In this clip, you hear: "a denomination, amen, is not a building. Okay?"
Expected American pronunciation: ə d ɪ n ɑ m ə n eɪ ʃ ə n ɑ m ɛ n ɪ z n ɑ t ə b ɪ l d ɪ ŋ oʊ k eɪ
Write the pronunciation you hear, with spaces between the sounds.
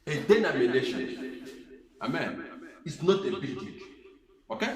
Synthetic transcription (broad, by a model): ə d ɪ n ɑ m ə n eɪ ʃ ə n ɑ m ɛ n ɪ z n ɑ t ə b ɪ d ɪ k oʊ k eɪ